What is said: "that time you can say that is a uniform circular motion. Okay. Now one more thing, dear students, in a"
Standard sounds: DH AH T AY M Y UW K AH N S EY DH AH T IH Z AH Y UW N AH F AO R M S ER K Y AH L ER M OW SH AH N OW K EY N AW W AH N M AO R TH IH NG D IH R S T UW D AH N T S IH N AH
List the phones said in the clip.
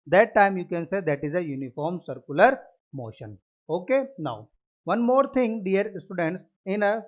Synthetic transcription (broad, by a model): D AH T AY M Y UW K AH N S EY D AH T IH Z AH Y UW N AH F AO R M S ER K Y AH L ER M OW SH AH N OW K EY N AW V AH N M AO R T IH NG D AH R S T UW D AH N T S IH N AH